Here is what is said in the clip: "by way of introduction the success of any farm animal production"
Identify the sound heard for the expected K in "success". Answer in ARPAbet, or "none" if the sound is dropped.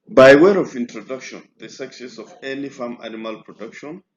K